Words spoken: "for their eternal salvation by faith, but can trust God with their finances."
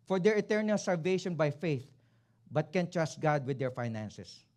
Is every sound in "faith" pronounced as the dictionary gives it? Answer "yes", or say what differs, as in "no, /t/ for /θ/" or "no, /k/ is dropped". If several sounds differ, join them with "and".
yes